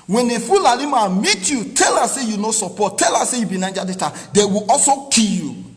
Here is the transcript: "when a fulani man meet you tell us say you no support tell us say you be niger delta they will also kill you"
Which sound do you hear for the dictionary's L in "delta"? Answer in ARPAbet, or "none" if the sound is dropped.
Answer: none